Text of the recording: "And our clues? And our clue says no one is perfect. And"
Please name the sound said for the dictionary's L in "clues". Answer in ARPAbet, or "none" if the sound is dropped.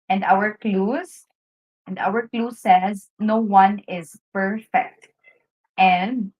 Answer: L